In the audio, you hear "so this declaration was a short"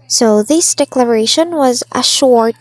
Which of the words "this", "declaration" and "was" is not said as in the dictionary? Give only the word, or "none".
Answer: none